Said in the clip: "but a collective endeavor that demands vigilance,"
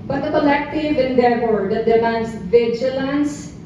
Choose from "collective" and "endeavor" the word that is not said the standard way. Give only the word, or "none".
endeavor